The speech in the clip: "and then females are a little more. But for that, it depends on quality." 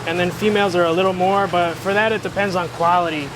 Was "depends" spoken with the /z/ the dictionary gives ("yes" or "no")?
yes